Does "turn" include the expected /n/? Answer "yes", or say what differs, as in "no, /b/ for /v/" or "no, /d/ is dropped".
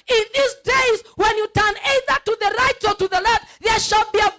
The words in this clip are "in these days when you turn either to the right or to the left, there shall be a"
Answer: yes